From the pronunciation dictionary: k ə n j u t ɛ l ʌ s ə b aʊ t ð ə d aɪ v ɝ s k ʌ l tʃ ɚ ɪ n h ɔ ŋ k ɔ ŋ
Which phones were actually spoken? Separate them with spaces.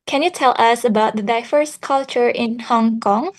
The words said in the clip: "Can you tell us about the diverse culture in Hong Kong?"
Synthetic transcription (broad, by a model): k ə n j u t ɛ l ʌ s ə b aʊ t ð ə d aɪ f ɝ s k ʌ l tʃ ɚ ɪ n h ɔ ŋ k ɔ ŋ